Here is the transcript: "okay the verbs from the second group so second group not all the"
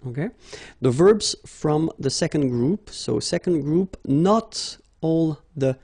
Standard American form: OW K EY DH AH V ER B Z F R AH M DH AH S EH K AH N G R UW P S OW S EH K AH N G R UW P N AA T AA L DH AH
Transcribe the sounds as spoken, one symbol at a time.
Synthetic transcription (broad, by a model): OW K EY DH AH V ER B Z F R AH M DH AH S EH K AH N G R UW P S OW S EH K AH N G R UW P N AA T AA L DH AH